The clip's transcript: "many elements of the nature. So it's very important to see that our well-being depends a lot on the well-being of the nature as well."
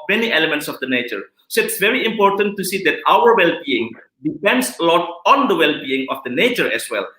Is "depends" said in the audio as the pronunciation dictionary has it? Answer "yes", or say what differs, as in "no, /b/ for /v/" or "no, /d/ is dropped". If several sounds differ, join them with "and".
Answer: no, /s/ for /z/